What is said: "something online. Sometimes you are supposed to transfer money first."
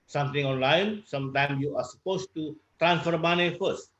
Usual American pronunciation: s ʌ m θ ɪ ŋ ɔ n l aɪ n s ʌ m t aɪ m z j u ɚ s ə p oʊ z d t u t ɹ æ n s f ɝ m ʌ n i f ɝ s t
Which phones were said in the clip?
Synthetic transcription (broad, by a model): s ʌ m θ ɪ ŋ ɔ n l aɪ n s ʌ m t aɪ m s j u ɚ s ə p oʊ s t u t ɹ æ n s f ɝ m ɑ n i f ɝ s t